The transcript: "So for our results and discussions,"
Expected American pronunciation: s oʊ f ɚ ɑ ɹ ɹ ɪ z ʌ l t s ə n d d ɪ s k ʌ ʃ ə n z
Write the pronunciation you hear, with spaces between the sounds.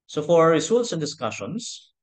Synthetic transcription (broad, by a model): s oʊ f ɑ ɹ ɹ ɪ s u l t s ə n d d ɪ s k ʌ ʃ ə n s